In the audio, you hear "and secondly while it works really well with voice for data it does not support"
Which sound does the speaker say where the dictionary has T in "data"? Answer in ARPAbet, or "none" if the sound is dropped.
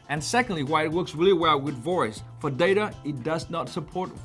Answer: T